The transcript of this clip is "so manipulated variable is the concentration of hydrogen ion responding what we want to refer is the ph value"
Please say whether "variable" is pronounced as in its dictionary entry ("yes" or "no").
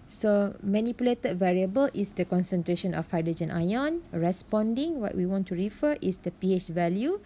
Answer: yes